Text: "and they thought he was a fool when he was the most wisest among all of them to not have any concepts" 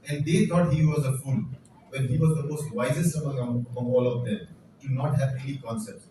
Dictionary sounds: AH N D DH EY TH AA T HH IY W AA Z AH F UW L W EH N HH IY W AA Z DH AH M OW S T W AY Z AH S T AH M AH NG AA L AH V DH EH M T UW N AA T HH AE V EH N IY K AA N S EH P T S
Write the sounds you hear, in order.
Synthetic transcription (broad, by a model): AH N D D EY T AA T HH IY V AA Z AH F UW L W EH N HH IY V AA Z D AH M OW S T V AY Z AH S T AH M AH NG AA L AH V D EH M T UW N AA T HH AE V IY L IY K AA N S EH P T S